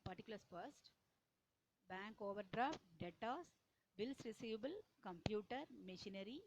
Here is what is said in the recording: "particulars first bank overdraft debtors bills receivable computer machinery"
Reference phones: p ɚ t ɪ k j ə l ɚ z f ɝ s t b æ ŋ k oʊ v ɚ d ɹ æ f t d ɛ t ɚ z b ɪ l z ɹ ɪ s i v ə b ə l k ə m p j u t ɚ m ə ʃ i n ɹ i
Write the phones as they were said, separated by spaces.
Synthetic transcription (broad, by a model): p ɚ t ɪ k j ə l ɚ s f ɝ s t b æ ŋ k oʊ v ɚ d ɹ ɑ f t d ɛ t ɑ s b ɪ l s ɹ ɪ s i v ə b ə l k ə m p j u t ɚ m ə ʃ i n ɹ i